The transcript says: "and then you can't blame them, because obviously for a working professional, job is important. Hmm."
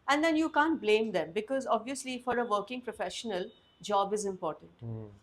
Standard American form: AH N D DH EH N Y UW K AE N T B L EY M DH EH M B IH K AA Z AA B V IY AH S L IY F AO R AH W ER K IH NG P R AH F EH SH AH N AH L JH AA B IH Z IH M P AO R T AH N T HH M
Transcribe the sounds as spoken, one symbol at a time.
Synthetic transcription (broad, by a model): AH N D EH N Y UW K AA N T B L EY M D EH M B IH K AA Z AA B V IY AH S L IY F AO R AH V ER K IH NG P R AH F EH SH AH N AH L JH AA B IH Z IH M P AO R T AH N T